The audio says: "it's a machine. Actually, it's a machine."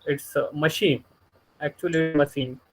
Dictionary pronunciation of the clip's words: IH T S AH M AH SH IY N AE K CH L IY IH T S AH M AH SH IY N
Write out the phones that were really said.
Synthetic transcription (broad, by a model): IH T S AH M AH SH IY N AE K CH IY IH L AH M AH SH IY N